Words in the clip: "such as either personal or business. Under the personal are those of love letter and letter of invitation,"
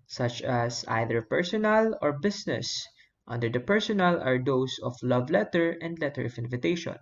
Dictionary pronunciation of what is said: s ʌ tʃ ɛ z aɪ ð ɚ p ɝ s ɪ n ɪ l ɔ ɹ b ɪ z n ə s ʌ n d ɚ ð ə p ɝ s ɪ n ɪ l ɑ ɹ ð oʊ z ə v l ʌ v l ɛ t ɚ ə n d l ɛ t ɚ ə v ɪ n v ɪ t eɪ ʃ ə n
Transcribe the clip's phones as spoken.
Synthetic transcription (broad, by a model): s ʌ tʃ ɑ s aɪ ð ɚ p ɝ s ɪ n ɪ l ɔ ɹ b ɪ s n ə s ʌ n d ɚ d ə p ɝ s ɪ n ɪ l ɑ ɹ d oʊ s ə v l ʌ v l ɛ t ɚ ə n d l ɛ t ɚ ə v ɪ n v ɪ t eɪ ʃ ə n